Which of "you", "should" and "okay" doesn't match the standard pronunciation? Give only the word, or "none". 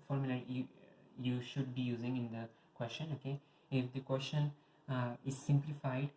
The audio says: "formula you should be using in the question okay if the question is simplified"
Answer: none